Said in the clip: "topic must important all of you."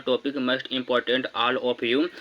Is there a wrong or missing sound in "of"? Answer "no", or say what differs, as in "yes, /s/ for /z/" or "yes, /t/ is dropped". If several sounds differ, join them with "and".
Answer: yes, /p/ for /v/